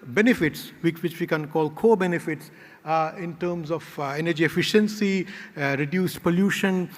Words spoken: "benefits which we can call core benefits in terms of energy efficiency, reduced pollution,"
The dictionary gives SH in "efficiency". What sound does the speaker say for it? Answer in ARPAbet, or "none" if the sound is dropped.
SH